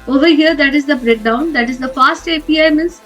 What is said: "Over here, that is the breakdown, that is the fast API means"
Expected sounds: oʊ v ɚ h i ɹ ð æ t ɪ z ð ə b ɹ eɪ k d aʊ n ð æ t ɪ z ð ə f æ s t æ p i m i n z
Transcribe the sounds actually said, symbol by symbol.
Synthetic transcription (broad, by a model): oʊ v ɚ h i ɹ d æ t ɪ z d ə b ɹ eɪ k d aʊ n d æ t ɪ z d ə f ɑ s t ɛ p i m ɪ n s